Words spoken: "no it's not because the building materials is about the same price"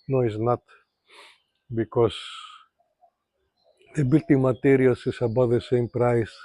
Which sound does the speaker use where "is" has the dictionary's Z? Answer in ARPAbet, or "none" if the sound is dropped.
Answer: S